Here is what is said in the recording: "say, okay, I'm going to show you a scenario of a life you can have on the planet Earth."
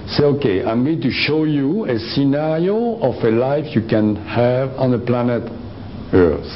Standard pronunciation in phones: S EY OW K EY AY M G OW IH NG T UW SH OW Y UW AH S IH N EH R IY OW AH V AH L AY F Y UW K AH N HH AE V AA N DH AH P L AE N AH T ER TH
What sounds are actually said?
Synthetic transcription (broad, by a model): S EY OW K EY AY M G OW IH NG T UW SH OW Y UW AH S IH N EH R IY OW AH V AH L AY F Y UW K AH N HH AE V AA N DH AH P L AE N AH T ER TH